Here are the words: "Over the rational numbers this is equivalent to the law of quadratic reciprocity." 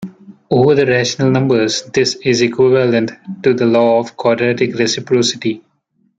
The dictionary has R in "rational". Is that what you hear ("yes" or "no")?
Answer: yes